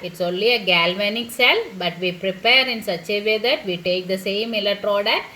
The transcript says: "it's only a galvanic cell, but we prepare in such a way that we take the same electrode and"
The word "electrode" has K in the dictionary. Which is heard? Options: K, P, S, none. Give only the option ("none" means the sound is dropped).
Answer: none